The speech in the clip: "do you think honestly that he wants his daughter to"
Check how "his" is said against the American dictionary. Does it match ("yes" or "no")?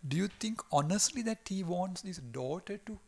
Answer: no